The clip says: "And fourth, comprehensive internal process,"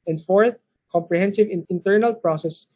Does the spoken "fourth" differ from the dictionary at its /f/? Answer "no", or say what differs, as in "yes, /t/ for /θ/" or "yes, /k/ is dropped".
no